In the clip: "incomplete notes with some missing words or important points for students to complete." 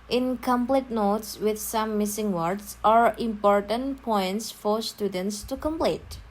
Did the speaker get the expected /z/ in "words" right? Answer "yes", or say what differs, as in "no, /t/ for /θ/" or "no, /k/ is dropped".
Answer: no, /s/ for /z/